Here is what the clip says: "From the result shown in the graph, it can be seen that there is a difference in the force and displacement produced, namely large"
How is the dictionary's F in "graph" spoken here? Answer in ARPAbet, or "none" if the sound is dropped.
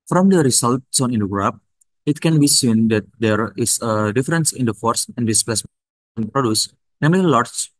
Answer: P